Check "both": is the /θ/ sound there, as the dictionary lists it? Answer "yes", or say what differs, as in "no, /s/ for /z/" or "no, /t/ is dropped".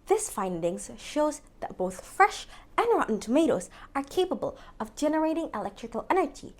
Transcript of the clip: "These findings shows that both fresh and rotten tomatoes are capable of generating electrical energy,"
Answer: yes